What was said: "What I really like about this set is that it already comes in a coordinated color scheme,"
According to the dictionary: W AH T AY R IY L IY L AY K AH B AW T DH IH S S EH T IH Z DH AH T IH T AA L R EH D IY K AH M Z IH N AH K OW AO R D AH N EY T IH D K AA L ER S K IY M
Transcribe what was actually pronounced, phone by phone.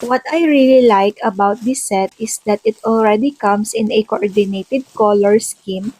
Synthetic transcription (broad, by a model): W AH T AY R IY L IY L AY K AH B AW T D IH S S EH T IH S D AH T IH T AA L R EH D IY K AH M S IH N AH K OW AO R D AH N EY T IH D K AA L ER S K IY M